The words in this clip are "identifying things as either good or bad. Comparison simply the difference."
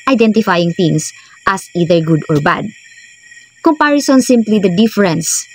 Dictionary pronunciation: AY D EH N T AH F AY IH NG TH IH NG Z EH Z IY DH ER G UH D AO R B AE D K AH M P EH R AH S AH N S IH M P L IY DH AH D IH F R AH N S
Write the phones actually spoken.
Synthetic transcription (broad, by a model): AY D EH N T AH F AY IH NG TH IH NG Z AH S IY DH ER G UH D AO R B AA D K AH M P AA R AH S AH N S IH M P L IY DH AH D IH F R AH N S